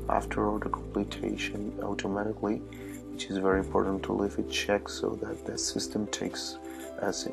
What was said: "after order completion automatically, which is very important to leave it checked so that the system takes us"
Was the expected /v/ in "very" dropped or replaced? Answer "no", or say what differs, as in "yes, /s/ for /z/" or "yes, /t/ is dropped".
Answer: no